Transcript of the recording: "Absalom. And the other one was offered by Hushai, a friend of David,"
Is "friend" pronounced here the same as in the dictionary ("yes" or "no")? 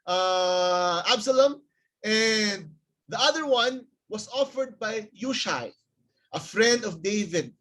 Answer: yes